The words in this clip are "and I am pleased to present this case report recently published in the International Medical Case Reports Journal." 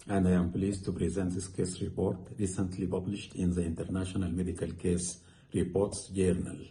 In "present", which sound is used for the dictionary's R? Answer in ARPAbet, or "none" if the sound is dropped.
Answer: R